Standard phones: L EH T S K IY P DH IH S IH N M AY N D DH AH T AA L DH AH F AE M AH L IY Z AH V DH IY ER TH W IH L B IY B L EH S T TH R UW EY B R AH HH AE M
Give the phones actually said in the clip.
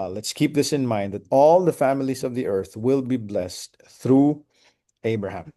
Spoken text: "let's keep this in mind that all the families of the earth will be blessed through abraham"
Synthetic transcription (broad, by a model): L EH T S K IY P DH IH S IH N M AY N D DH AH T AA L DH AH F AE M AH L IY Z AH V DH IY ER TH W IH L B IY B L EH S T TH R UW EY B R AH HH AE M